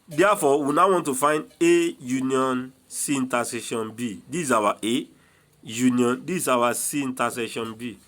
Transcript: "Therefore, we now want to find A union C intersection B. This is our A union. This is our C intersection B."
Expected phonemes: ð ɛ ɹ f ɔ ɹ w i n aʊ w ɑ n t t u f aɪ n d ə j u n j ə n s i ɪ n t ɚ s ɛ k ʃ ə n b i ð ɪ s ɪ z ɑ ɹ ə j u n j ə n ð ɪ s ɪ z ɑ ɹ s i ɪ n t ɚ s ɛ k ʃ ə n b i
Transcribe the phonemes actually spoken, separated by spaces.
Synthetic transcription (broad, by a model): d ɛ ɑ f ɔ w i n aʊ w ɑ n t t u f aɪ n d ə j u n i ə n s i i n t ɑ s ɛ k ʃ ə n b i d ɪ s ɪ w ɑ ə j u n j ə n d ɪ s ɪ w ɑ s i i n t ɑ s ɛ ʃ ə n b i